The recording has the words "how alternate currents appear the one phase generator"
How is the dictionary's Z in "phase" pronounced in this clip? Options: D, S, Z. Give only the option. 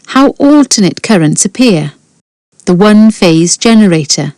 Z